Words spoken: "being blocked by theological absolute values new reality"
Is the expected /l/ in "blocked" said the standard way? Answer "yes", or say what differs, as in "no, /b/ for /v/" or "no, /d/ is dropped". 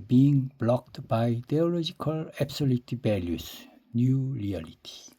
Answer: yes